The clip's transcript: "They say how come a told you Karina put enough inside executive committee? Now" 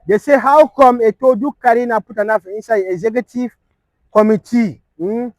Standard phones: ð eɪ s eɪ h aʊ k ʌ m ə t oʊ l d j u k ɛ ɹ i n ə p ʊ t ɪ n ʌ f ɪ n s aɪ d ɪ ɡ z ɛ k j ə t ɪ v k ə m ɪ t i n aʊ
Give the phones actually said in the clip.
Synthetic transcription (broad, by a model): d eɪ s eɪ h aʊ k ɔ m ə t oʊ d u k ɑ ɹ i n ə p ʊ t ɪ n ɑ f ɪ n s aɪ ɪ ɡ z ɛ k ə t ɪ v k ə m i t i